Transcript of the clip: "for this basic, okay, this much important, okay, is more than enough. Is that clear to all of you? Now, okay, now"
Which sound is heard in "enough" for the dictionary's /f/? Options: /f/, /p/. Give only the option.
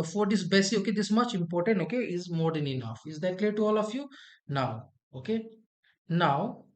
/f/